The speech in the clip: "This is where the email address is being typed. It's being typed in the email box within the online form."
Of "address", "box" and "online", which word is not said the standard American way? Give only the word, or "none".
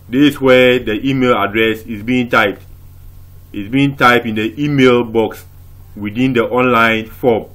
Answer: none